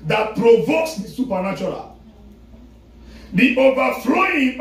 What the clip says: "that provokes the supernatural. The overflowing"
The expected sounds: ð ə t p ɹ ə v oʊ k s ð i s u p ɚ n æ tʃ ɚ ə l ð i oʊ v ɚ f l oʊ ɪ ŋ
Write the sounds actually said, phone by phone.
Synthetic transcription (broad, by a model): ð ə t p ɹ ə v oʊ k s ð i s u p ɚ n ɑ tʃ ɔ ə l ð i oʊ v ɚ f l oʊ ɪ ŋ